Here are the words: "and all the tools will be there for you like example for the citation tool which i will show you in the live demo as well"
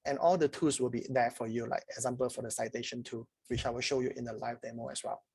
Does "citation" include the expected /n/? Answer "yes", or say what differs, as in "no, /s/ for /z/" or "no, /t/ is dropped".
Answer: yes